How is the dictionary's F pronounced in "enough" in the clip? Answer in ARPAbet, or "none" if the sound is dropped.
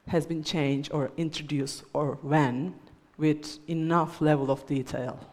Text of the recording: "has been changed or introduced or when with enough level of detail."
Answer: F